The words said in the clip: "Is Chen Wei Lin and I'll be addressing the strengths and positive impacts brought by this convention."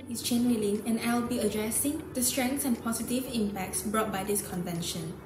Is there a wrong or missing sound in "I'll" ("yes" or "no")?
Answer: yes